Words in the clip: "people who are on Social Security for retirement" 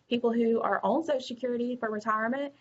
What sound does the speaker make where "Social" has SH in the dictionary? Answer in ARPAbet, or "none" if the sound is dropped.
none